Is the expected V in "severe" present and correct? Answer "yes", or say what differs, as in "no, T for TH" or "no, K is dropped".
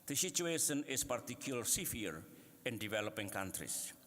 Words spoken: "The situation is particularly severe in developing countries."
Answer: no, V is dropped